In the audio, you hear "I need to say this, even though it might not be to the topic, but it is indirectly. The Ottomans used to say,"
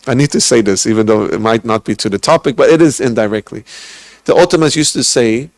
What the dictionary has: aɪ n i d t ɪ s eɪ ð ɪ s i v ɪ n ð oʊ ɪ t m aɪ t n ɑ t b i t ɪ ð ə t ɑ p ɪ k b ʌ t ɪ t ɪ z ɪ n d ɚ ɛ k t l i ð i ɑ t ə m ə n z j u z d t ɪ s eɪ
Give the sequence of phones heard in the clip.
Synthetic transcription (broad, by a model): aɪ n i d t ɪ s eɪ ð ɪ s i v ɪ n ð oʊ ɪ t m aɪ t n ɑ t b i t ɪ ð ə t ɑ p ɪ k b ʌ t ɪ t ɪ z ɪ n d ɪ ɛ k t l i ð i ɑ t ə m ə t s j u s t ɪ s eɪ